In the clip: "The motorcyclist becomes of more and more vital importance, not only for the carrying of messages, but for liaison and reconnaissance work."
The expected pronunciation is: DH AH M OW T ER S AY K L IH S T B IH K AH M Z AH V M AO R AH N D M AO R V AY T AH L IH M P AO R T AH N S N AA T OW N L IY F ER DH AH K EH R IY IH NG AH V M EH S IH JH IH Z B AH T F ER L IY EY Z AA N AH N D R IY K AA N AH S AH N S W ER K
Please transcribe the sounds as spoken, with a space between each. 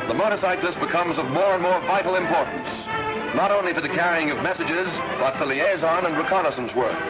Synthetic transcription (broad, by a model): DH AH M OW T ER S AY K L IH S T B IH K AH M Z AH V M AO R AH N M AO R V AY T L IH M P AO R T N S N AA T OW N L IY F ER DH AH K EH R IY IH NG AH V M EH S IH JH IH Z B AH T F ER L IY EY Z AA N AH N R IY K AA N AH S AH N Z W ER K